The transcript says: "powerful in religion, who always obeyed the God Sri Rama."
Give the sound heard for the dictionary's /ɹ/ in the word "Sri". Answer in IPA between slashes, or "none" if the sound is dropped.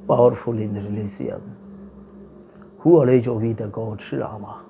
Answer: none